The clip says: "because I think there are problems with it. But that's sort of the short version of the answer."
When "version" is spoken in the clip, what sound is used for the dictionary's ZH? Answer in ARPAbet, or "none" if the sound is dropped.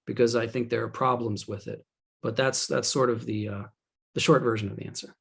ZH